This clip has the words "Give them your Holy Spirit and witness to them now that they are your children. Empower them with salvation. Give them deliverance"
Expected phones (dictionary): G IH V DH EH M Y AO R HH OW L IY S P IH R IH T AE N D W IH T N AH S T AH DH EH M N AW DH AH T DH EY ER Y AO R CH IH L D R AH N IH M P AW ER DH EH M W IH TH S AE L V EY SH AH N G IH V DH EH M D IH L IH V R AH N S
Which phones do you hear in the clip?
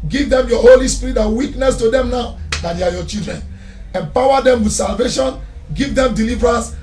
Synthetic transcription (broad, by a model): G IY V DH EH M Y AO HH OW L IY S P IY R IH T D W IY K N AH S T AH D EH M N AW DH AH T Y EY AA Y AO CH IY L D R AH N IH M P AW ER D EH M W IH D S AE L V EY SH AH N G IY V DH EH M D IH L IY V R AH N S